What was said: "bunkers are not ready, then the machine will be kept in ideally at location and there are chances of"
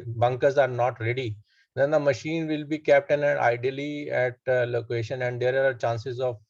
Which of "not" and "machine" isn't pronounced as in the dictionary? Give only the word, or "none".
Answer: none